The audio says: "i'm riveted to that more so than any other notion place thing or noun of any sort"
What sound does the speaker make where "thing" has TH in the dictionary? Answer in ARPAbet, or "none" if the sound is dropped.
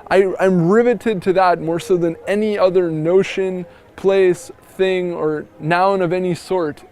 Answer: TH